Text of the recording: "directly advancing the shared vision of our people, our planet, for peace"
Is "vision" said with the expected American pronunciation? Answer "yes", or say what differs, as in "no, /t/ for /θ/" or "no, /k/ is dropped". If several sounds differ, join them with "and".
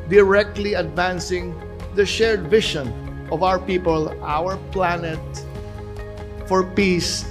no, /ʃ/ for /ʒ/